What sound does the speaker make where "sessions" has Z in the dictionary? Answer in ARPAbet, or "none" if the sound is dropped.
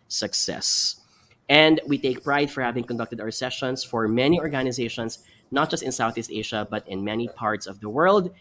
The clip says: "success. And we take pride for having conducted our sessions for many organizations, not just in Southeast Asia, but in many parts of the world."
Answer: S